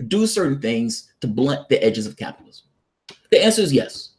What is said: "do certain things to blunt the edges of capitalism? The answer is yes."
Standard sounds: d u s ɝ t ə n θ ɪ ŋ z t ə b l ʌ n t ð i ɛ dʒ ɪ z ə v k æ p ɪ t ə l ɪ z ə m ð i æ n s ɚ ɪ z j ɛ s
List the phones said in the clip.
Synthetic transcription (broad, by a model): d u s ɝ t n θ ɪ ŋ z t ə b l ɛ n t ð i ɛ dʒ ɪ z ə v k æ p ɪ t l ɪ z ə m ð i æ n s ɚ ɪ z j ɛ s